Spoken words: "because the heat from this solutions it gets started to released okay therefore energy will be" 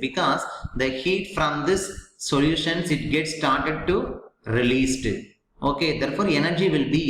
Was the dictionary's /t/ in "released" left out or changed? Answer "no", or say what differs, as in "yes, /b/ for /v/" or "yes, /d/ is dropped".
no